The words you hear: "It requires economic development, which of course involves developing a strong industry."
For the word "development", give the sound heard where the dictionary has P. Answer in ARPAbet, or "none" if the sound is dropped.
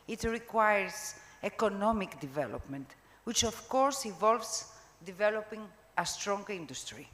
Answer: P